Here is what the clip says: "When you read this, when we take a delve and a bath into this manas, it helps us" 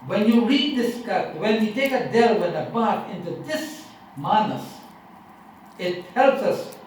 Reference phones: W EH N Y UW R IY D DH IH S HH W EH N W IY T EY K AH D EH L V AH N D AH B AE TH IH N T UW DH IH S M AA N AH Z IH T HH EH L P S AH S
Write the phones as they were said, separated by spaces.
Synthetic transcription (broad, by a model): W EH N Y UW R IY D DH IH S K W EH N W IY T EY K AH D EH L W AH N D AH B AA T IH N T UW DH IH S M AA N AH S IH T HH EH L P S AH S